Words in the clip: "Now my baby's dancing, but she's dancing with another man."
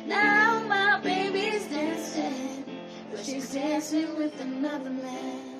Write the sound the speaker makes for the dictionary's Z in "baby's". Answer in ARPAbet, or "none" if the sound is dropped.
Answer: Z